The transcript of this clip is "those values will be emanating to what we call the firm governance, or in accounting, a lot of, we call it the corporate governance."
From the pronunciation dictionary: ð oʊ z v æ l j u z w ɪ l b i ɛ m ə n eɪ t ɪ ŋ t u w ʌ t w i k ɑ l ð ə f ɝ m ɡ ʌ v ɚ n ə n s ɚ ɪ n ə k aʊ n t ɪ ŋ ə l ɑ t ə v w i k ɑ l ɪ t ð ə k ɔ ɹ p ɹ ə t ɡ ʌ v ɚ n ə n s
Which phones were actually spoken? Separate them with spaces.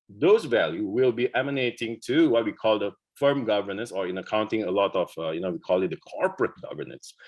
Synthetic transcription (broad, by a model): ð oʊ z v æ l j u w ɪ l b i ɛ m ə n eɪ t ɪ ŋ t u w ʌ t w i k ɑ l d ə f ɝ m ɡ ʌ v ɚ n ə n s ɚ ɪ n ə k aʊ n t ɪ ŋ ə l ɑ t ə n w i k ɑ l ɪ t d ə k ɔ ɹ p ɹ ə t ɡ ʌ v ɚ n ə n s